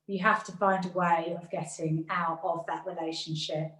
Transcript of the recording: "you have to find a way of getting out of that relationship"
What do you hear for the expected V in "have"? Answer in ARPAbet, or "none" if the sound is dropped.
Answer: F